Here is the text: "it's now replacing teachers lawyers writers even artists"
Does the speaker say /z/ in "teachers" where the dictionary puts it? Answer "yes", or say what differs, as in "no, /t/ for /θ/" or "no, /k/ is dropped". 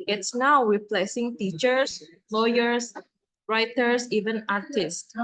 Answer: no, /s/ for /z/